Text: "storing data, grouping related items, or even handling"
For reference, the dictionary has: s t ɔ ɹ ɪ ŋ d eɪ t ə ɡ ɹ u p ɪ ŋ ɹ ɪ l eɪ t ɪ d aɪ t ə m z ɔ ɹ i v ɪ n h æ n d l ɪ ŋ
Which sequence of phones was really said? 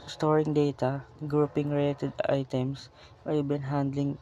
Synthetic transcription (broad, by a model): s t ɔ ɹ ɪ ŋ d eɪ t ə ɡ ɹ u p ɪ ŋ ɹ ɪ l eɪ t ɪ d aɪ t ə m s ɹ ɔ b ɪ n h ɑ n d l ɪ ŋ